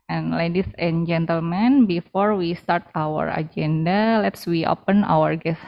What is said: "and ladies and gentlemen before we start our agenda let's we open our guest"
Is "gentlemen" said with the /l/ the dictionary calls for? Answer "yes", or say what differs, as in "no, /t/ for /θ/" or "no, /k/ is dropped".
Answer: yes